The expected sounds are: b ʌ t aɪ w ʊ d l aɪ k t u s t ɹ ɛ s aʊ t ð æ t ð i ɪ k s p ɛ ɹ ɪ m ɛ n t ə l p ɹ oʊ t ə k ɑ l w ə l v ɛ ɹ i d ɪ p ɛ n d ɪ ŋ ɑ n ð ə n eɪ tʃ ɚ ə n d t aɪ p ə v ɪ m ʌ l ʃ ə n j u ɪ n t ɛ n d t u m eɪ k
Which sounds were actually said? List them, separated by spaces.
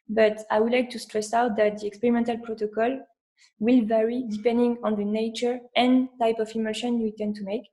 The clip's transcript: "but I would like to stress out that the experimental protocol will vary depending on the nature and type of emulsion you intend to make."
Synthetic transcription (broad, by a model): b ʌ t aɪ w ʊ d l aɪ k t u s t ɹ ɛ s aʊ t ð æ t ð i ɪ k s p ɛ ɹ ɪ m ɛ n t ə l p ɹ oʊ t ə k ɑ l w ə l v ɛ ɹ i d ɪ p ɛ n d ɪ ŋ ɑ n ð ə n eɪ tʃ ɚ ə n t aɪ p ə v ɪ m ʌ ʃ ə n j u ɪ t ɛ n t u m eɪ k